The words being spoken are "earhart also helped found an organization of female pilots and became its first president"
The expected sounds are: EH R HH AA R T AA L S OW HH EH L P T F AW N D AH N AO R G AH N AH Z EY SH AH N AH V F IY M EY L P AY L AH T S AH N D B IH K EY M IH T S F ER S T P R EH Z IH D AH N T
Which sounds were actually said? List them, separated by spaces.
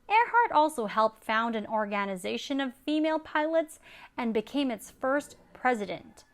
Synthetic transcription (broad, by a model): EH R HH AA R T AA L S OW HH EH L P T F AW N D AH N AO R G AH N AH Z EY SH AH N AH V F IY M EY L P AY L AH T S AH N B IH K EY M IH T S F ER S T P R EH Z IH D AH N T